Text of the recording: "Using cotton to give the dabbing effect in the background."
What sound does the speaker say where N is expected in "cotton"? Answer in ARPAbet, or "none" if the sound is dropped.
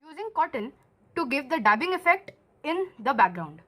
L